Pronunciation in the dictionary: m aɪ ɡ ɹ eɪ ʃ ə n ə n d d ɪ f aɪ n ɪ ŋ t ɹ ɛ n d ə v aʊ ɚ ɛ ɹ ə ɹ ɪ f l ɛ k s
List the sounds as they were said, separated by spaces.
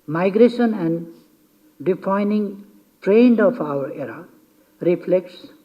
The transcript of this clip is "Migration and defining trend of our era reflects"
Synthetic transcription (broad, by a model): m aɪ ɡ ɹ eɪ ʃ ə n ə n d d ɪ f aɪ n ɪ ŋ t ɹ ɛ n d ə p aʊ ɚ ɛ ɹ ə ɹ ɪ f l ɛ k s